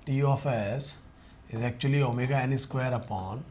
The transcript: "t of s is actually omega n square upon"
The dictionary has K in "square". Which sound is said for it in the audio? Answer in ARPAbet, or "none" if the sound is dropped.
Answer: K